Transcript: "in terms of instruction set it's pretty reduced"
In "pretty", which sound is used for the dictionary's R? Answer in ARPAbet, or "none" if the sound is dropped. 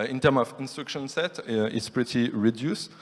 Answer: R